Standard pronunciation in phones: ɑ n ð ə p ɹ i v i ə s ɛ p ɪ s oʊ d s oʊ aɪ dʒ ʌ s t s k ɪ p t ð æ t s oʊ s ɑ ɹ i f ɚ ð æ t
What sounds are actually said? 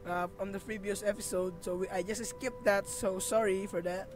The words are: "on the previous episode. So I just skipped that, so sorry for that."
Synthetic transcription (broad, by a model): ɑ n ð ə f ɹ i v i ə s ɛ p ɪ s oʊ d s oʊ aɪ dʒ ʌ s t s k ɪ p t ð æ t s oʊ s ɑ ɹ i f ɚ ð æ t